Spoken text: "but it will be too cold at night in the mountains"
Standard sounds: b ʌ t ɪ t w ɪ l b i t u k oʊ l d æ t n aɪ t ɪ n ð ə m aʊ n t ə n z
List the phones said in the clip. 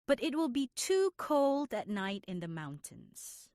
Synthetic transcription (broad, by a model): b ʌ t ɪ t w ɪ l b i t u k oʊ l d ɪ t n aɪ t ɪ n ð ə m aʊ n t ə n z